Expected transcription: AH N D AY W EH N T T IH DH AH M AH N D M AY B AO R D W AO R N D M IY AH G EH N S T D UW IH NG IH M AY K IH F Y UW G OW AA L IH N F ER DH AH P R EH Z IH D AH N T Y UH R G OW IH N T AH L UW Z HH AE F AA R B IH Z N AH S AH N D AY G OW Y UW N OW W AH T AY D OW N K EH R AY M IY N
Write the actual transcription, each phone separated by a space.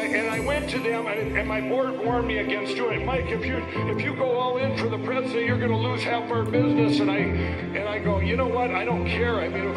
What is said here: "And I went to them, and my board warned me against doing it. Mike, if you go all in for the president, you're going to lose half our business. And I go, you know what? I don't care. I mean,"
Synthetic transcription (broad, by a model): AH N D AY W EH N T T IH DH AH M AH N M AY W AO R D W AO R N M IY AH G EH N S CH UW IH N M AY K IH F Y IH G OW AA L IH N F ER DH AH P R EH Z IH D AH N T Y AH R G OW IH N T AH L UW Z HH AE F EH R B IH Z N AH S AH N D AY G OW Y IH N OW W AH T AY D OW N K EH R AY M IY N